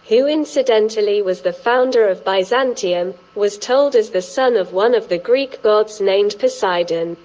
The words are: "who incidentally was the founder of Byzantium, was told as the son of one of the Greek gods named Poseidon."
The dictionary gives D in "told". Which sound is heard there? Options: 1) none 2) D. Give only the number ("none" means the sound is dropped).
2